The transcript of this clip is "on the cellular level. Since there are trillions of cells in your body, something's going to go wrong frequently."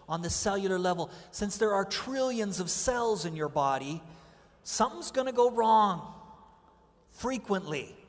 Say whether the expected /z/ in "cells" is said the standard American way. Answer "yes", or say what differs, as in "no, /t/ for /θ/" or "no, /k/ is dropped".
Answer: yes